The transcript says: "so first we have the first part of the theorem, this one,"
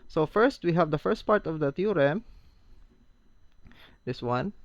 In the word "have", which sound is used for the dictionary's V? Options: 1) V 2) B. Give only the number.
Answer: 1